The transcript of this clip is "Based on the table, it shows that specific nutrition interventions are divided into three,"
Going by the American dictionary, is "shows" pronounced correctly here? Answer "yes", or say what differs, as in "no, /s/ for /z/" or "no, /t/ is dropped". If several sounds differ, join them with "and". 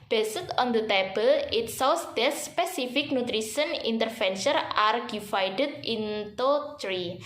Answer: no, /s/ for /ʃ/